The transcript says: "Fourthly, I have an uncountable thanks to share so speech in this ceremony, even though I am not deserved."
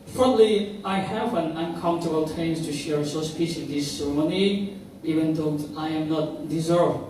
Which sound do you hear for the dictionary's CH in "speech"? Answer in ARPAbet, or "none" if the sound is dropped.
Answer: S